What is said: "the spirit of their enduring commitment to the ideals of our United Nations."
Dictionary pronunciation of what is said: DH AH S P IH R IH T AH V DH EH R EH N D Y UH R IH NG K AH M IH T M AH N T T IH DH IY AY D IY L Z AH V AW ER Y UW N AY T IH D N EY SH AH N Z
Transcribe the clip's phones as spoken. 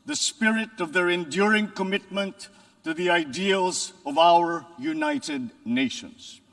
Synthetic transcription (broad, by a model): DH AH S P IH R IH T AH V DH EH R EH N D Y UH R IH NG K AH M IH T M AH N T T IH DH IY AY D IY L Z AH V AW ER Y UW N AY T IH D N EY SH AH N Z